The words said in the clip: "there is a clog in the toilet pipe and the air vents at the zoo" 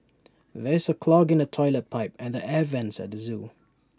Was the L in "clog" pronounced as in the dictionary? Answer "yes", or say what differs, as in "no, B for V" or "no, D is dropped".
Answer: yes